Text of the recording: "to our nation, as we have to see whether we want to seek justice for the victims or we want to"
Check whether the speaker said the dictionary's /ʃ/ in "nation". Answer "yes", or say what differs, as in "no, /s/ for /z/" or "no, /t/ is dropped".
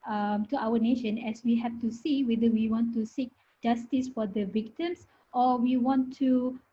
yes